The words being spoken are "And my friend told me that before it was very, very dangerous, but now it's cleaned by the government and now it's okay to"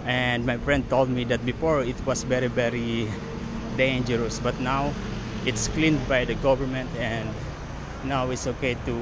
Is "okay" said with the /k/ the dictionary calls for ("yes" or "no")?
yes